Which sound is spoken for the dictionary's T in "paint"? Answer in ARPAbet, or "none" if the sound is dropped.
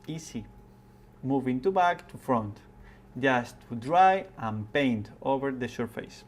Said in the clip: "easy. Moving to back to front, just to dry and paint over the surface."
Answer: T